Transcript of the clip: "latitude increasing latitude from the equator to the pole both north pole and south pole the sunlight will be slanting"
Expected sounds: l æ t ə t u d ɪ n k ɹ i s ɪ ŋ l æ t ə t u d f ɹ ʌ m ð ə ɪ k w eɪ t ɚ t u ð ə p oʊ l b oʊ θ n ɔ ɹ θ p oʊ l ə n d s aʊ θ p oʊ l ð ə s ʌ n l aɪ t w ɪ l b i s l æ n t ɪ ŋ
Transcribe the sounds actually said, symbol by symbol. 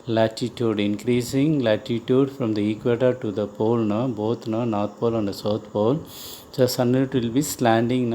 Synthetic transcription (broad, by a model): l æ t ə t u d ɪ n k ɹ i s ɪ ŋ l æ t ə t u d f ɹ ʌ m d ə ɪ k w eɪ t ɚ t u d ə p oʊ l b oʊ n n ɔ ɹ t p oʊ l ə n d s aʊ t p oʊ l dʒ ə s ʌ n ɪ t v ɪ l b i s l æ n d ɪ ŋ